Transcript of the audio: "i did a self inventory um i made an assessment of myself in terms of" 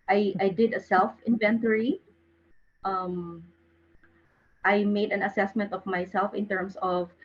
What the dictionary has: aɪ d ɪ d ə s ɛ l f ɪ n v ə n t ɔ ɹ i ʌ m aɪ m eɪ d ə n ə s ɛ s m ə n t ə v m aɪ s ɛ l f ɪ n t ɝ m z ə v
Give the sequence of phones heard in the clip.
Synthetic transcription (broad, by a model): aɪ d ɪ d ə s ɛ l f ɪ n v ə n t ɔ ɹ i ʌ m aɪ m eɪ d ə n ə s ɛ s m ə n t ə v m aɪ s ɛ l f ɪ n t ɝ m s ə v